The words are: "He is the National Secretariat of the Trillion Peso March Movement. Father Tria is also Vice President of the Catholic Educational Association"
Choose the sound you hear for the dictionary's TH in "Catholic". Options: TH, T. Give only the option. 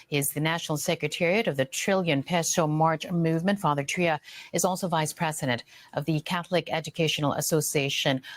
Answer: TH